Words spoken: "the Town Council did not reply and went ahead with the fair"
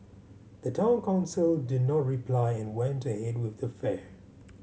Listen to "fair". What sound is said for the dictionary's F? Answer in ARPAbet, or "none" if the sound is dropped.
F